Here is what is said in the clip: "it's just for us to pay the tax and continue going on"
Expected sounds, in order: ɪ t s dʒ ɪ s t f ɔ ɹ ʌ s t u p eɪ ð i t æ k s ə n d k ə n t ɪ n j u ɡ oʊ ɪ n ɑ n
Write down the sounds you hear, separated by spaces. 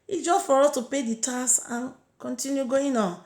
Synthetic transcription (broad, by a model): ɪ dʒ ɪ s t f ɔ ɹ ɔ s t u p eɪ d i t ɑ s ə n k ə n t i n j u ɡ oʊ ɪ n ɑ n